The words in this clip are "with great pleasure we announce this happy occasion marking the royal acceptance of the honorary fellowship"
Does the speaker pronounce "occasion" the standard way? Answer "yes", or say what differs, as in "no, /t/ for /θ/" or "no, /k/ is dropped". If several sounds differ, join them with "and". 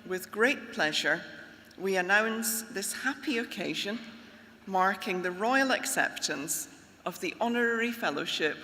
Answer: yes